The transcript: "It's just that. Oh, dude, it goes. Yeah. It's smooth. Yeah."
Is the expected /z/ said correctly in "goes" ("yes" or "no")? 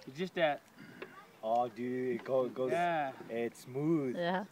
no